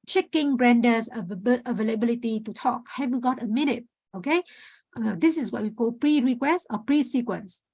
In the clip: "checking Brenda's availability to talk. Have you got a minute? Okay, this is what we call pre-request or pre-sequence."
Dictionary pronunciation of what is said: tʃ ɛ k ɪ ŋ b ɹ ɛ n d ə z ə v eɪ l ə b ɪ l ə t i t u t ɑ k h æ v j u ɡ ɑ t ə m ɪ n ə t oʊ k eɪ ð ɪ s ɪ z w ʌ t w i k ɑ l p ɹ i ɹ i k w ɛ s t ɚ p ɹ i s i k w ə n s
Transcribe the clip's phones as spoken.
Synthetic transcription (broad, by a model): tʃ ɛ k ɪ ŋ b ɹ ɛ n d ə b ə v eɪ l ə b ɪ l ə t i t u t ɑ k h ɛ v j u ɡ ɑ t ə m ɪ n ə t oʊ k eɪ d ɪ s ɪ s w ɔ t w i k ɑ l p ɹ i ɹ i k w ɛ s t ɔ p ɹ i s i k w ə n s